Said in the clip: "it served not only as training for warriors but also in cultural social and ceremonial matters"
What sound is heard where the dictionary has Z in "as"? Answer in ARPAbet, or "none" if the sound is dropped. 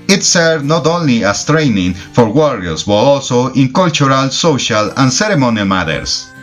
S